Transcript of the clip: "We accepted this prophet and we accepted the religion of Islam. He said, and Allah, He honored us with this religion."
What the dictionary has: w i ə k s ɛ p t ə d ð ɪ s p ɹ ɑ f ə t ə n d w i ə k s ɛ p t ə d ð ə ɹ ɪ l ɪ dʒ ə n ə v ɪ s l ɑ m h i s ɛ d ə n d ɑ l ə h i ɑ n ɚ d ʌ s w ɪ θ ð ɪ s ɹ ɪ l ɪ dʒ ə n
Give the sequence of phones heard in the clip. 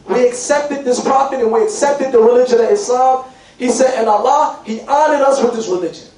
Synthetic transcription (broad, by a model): w i ə k s ɛ p t ə d ð ɪ s p ɑ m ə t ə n w i ə k s ɛ p t ə d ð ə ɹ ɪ l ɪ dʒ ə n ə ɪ s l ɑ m h i s ɛ d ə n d ɑ l ə h i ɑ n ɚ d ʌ s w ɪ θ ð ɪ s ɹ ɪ l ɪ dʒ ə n